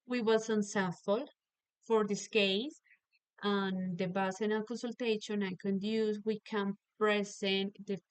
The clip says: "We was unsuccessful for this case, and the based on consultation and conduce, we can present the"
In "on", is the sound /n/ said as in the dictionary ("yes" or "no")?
no